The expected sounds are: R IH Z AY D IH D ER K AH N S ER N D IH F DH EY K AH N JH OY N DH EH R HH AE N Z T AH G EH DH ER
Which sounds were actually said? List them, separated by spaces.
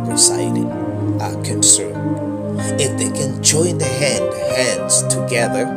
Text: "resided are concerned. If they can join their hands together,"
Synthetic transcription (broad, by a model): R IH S AY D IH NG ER K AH N S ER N IH F DH EY K AH N JH OY N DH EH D HH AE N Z T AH G EH DH ER